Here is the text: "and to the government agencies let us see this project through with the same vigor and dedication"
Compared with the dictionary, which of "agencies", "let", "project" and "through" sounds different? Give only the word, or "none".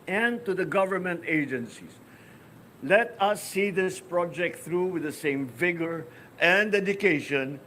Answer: agencies